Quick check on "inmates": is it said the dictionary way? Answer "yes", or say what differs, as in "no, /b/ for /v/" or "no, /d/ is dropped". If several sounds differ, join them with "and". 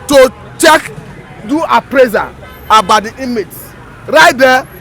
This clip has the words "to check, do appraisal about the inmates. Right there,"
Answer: no, /n/ is dropped